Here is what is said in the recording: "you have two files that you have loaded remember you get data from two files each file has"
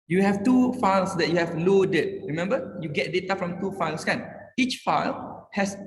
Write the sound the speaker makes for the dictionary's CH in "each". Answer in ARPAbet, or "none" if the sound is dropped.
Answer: CH